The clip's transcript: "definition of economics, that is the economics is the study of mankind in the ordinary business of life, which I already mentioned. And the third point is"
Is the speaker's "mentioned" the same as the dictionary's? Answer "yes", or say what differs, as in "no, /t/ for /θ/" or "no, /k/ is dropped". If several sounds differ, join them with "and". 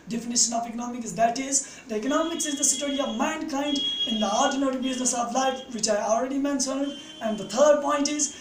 no, /s/ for /ʃ/